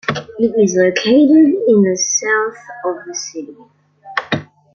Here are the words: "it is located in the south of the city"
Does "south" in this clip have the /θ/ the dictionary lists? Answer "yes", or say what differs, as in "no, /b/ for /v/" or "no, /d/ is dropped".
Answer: yes